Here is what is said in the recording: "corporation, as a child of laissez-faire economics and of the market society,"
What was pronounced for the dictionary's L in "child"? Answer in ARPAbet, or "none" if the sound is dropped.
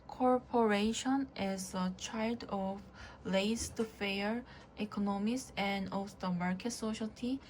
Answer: L